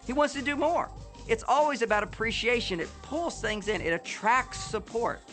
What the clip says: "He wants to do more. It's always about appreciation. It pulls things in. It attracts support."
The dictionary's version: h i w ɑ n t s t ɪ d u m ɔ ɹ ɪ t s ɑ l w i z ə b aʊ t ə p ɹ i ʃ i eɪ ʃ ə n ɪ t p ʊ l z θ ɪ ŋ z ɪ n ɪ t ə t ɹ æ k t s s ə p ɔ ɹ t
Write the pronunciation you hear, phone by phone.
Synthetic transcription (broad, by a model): h i w ɑ n t s t ɪ d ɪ m ɔ ɹ ɪ t s ɑ l w i z ə b aʊ t ə p ɹ i ʃ i eɪ ʃ ə n ɪ t p ʊ l z θ ɪ ŋ z ɪ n ɪ t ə t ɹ æ k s s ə p ɔ ɹ t